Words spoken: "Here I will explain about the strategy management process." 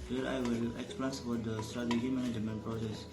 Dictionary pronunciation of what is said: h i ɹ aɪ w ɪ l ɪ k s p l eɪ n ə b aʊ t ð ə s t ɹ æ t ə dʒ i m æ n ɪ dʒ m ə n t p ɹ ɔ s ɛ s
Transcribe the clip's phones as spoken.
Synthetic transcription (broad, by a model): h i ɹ aɪ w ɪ l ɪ k s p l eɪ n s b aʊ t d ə s t ɹ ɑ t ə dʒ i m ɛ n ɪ m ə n p ɹ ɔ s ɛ s